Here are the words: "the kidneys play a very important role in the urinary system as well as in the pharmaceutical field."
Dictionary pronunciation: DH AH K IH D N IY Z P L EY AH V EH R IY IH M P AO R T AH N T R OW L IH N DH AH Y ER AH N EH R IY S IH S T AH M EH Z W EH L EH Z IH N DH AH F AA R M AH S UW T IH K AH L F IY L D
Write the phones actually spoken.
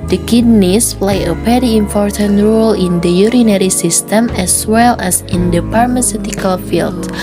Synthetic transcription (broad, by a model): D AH K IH D N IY S P L EY AH P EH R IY IH M P AO R T AH N T R OW L IH N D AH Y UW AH N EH R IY S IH S T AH M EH S W EH L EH S IH N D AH P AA R M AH S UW T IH K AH L F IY L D